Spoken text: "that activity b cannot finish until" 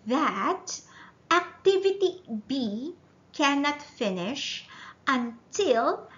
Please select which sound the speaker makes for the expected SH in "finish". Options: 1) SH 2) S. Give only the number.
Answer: 1